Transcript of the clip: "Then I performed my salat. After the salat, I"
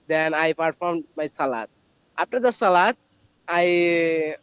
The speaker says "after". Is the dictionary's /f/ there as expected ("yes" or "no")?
no